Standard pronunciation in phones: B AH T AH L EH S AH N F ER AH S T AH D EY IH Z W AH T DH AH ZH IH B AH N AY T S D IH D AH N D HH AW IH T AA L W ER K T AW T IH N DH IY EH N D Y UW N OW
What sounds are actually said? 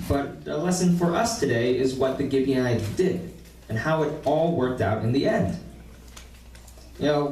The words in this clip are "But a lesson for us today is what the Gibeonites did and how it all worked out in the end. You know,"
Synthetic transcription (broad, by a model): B AH T AH L EH S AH N F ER AH S T AH D EY IH Z W AH T DH AH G IH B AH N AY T D IH D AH N HH AW IH T AA L W ER K T AW T IH N DH IY EH N D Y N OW